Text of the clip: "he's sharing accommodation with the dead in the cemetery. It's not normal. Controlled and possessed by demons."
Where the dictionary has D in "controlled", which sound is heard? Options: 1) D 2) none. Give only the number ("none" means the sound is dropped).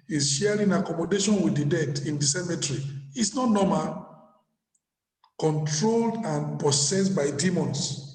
1